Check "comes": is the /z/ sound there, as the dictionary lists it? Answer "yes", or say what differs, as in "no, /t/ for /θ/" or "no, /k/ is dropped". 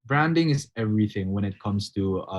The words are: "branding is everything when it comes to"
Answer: no, /s/ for /z/